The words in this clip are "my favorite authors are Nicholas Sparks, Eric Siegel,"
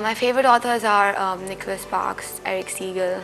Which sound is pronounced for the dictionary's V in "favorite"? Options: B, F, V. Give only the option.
V